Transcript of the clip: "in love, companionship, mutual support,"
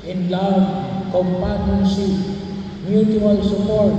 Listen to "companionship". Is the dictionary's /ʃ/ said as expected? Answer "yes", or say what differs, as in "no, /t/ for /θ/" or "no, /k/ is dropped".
no, /s/ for /ʃ/